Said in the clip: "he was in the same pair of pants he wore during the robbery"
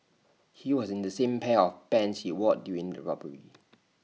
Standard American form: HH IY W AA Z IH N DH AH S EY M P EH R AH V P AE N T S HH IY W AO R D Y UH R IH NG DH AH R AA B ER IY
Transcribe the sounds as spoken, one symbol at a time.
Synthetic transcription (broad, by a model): HH IY W AA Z IH N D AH S EY M P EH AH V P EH N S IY W AO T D Y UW R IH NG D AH R AA B ER IY